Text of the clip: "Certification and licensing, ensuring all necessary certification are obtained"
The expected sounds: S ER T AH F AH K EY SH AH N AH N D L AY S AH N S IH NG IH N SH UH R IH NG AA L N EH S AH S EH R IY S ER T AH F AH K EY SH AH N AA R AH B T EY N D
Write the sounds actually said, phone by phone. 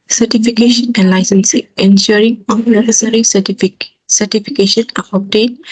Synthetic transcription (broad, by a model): S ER T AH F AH K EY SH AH N AH N D L AY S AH N S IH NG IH N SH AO R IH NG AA N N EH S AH S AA R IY S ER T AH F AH K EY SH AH N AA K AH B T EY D